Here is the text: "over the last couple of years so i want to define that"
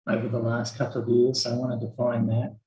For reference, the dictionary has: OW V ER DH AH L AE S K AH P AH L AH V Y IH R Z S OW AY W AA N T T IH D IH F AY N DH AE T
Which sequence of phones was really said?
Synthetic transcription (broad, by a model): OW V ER DH AH L AE S K AH P L AH V Y IH R Z AY W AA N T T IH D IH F AY N DH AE T